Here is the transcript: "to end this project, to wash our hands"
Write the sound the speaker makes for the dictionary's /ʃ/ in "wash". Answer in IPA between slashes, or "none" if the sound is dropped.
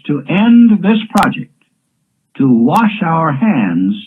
/ʃ/